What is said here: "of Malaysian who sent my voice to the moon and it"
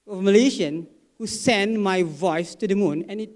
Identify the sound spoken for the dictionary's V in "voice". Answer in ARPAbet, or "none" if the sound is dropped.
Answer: V